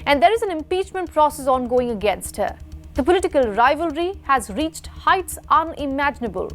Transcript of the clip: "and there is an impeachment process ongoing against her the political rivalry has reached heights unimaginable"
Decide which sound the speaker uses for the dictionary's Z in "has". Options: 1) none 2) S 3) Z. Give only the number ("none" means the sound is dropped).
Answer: 3